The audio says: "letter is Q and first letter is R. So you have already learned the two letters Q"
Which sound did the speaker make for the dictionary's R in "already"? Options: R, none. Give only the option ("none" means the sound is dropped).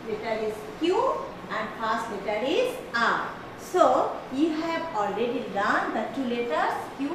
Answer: R